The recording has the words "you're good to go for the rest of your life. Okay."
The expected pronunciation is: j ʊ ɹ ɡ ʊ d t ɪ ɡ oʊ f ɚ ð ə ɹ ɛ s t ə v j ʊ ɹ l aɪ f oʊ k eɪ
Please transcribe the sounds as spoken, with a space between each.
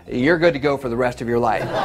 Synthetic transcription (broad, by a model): j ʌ ɹ ɡ ʊ d t ɪ ɡ oʊ f ɚ ð ə ɹ ɛ s t ə v j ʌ ɹ l aɪ f